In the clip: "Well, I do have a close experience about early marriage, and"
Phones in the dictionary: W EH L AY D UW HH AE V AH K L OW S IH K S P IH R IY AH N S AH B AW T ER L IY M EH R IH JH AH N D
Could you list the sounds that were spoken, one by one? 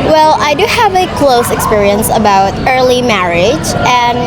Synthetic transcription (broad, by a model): W EH L AY D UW HH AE V AH K L OW S IH K S P IH R IY AH N S AH B AW T ER L IY M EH R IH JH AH N